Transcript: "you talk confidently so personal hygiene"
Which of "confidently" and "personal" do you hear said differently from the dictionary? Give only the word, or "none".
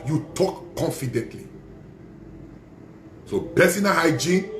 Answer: personal